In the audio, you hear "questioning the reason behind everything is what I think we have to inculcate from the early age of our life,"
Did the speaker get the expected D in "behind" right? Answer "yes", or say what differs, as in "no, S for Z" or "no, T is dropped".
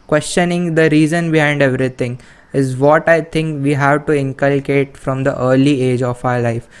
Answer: yes